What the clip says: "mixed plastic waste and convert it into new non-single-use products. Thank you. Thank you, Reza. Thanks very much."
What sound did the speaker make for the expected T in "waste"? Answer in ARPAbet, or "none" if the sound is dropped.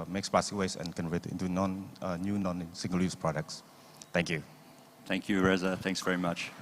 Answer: none